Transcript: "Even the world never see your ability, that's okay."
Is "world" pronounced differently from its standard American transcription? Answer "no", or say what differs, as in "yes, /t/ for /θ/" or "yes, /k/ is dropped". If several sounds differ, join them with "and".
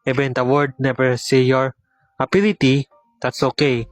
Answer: yes, /l/ is dropped